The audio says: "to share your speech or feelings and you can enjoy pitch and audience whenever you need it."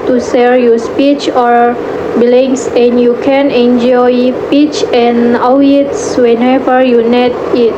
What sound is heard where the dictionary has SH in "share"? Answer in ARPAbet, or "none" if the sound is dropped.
S